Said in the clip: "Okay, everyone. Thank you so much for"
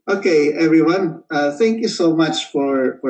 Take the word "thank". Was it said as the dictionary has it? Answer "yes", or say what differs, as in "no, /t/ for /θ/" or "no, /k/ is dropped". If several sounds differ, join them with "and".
yes